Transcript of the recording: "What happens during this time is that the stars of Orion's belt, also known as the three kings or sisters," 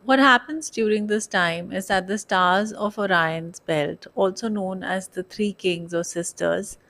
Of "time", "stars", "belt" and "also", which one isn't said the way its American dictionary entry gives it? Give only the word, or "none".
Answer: none